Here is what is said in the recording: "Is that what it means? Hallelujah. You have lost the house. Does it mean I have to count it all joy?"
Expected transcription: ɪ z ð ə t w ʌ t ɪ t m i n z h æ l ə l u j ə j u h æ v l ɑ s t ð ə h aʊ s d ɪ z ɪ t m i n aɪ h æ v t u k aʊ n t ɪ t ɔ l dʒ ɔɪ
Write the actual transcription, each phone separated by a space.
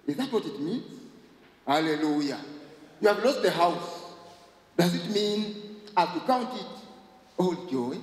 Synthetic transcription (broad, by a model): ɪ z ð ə t w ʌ t ɪ t m i n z h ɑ l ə l u j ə j u h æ v l ɑ s t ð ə h aʊ s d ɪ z ɪ t m i n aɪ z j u k aʊ n t ɪ t ɔ l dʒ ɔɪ